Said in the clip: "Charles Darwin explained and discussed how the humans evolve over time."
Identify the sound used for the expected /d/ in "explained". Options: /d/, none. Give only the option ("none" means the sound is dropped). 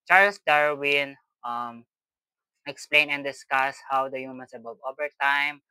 none